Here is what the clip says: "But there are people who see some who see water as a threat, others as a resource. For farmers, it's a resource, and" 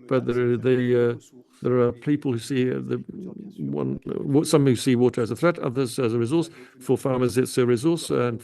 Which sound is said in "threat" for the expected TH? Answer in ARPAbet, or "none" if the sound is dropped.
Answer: TH